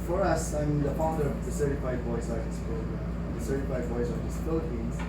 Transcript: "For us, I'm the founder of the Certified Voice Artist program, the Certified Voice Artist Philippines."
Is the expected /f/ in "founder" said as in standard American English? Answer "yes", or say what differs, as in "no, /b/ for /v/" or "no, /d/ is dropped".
no, /p/ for /f/